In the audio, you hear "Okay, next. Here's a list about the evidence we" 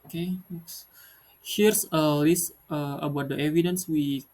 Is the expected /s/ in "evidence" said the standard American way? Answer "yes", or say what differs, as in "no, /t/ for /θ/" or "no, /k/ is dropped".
yes